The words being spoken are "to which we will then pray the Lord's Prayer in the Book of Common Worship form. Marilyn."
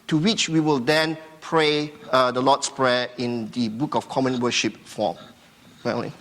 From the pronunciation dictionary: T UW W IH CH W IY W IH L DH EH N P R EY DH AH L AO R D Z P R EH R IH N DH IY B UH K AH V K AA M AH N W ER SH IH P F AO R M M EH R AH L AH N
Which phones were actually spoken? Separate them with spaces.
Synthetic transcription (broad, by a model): T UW W IH CH W IY W IH L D EH N P R EY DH AH L AO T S P R EH IH N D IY B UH K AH F K AA M AH N W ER SH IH P F AO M M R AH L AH